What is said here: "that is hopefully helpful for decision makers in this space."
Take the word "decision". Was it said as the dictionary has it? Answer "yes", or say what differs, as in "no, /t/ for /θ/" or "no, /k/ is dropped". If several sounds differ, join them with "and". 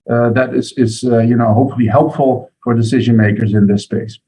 yes